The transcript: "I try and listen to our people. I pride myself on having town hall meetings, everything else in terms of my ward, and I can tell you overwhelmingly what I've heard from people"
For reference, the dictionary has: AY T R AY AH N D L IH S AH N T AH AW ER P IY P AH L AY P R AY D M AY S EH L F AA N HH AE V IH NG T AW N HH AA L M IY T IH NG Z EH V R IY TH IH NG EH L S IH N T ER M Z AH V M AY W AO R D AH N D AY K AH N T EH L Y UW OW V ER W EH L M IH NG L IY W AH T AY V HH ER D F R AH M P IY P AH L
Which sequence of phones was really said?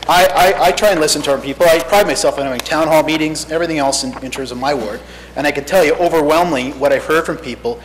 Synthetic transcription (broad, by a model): AY T R AY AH N L IH S AH N T AH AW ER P IY P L AY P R AY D M AY S EH L F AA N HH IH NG T AW N HH AA L M IY T IH NG Z EH V R IY TH IH NG EH L S IH N T ER M Z AH V M AY W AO R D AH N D AY K AH N T EH L Y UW OW V ER W EH L M IH NG W AH T AY V HH ER D F R AH M P IY P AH L